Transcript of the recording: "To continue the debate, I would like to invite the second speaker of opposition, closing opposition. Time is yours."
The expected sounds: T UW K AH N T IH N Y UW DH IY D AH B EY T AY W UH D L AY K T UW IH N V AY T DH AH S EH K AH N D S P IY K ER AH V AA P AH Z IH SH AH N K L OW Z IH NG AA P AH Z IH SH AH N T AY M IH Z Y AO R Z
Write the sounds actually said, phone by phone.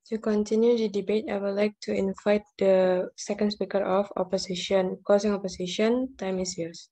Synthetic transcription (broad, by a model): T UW K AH N T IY N Y UW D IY D AH B EY T AY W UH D L AY K T UW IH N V AY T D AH S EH K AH N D S P IY K ER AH F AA P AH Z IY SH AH N K OW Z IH NG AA P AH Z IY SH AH N T AY M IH S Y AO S